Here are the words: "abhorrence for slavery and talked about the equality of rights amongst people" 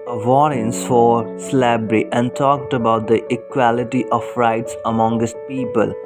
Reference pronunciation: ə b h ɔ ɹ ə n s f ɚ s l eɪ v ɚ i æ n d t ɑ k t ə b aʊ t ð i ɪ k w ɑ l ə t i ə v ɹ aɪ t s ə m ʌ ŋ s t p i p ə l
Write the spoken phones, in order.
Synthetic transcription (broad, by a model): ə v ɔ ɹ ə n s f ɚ s l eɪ b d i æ n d t ɑ k t ə b aʊ t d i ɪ k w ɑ l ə t i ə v ɹ aɪ t s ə m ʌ ŋ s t p i p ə l